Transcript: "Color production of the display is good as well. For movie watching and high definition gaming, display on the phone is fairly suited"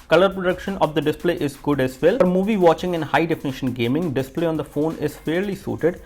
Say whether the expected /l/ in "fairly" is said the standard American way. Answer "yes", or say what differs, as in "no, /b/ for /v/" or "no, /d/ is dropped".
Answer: yes